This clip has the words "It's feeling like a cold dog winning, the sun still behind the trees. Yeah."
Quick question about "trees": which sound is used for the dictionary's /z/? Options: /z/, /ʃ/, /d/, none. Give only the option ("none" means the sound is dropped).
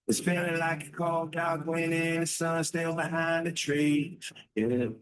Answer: none